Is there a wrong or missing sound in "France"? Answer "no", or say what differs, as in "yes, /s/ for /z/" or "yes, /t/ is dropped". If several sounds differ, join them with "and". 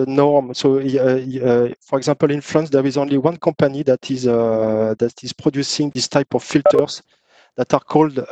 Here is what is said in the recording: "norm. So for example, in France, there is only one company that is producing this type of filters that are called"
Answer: yes, /l/ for /ɹ/